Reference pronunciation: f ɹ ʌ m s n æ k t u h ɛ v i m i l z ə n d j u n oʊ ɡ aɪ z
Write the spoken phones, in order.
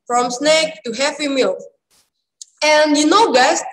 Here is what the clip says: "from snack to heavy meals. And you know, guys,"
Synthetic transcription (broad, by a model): f ɹ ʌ m s n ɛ k t u h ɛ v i m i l ə n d j u n oʊ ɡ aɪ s